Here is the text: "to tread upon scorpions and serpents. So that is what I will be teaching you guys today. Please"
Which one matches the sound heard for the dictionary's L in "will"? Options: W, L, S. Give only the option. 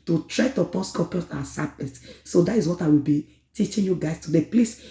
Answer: L